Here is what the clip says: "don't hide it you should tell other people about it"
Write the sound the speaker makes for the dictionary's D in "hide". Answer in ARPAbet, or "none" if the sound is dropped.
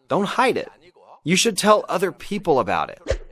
D